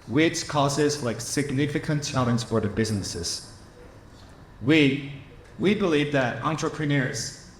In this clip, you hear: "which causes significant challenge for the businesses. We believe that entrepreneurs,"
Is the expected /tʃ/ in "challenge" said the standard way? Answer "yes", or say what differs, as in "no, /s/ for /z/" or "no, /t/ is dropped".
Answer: no, /s/ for /tʃ/